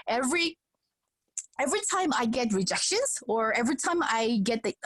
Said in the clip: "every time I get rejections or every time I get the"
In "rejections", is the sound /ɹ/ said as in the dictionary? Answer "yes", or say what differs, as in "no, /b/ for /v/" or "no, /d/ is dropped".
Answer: yes